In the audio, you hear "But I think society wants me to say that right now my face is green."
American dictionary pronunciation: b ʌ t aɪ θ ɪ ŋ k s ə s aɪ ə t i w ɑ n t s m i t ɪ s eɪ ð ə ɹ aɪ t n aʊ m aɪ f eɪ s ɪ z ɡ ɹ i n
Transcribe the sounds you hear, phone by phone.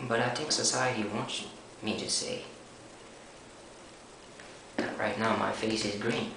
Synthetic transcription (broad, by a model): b ʌ t aɪ t ɪ k s ə s aɪ ə t i w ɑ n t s m i t ɪ s eɪ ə ɹ aɪ t n aʊ m aɪ f eɪ s ɪ z ɡ ɹ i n